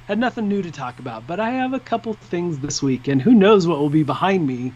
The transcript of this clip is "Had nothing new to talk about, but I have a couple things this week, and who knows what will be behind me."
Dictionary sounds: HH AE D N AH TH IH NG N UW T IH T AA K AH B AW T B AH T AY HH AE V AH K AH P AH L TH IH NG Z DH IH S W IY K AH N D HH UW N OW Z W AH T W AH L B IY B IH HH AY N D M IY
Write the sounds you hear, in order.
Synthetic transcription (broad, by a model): HH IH D N AH TH IH NG N UW T IH T AA K AH B AW T B AH T AY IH V AH K AH P L TH IH NG Z DH IH S W IY K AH N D HH UW N OW Z W AH T W AH L B IY B IH HH AY N D M IY